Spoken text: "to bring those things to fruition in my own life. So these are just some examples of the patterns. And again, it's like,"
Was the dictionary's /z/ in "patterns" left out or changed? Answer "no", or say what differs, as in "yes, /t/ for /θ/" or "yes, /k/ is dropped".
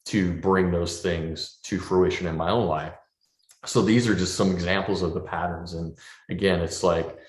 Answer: no